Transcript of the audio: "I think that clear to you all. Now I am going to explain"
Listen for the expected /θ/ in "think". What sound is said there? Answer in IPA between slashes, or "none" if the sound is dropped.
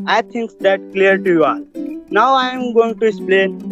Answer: /t/